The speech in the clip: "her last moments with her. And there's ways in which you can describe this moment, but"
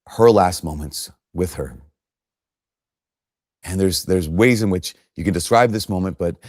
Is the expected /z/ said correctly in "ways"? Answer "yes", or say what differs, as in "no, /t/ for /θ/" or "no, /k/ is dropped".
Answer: yes